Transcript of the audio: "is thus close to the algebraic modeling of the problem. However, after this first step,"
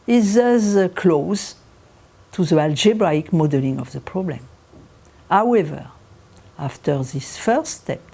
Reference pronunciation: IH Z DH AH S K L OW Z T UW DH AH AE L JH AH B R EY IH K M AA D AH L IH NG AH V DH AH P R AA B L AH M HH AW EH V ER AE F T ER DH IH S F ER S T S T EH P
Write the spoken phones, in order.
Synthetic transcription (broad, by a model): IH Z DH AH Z K L OW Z T UW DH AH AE L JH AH B R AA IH K M AA D AH L IH NG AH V DH AH P R AA B L AH M HH AW EH V ER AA F T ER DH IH S F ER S S T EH P